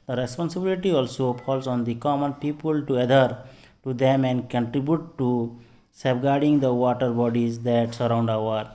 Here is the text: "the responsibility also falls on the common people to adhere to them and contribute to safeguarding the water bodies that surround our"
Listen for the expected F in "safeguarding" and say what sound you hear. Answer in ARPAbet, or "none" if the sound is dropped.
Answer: P